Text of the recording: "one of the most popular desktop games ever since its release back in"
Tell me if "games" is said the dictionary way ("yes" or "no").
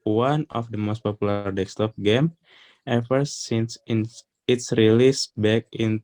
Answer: no